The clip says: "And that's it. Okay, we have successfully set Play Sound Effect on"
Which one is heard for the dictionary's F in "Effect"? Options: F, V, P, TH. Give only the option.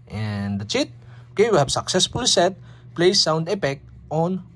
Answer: P